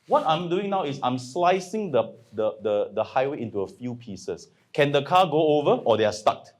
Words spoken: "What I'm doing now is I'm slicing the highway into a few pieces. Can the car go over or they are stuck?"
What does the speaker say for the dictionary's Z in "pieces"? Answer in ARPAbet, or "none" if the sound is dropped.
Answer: S